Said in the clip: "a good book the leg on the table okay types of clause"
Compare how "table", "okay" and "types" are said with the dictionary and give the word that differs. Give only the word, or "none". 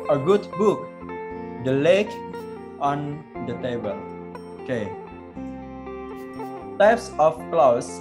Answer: none